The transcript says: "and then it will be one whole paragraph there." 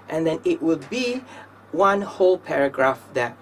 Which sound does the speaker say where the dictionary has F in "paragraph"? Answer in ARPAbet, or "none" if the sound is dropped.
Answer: F